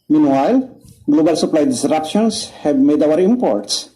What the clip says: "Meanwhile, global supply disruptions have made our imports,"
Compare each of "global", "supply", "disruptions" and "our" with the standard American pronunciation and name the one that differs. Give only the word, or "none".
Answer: disruptions